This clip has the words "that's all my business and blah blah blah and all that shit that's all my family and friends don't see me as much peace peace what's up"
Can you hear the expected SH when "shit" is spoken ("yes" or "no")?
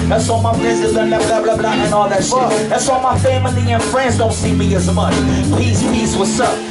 no